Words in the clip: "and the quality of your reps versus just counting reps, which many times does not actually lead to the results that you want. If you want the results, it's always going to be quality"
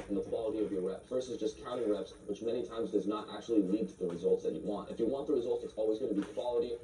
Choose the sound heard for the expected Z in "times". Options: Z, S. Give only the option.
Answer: Z